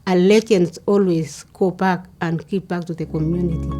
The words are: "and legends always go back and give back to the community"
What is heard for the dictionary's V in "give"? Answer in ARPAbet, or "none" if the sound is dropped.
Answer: P